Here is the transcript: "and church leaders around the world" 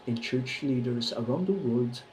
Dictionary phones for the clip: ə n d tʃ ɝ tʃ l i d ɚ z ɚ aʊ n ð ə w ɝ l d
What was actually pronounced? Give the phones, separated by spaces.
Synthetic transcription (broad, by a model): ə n tʃ ɝ tʃ l i d ɚ z ɚ aʊ n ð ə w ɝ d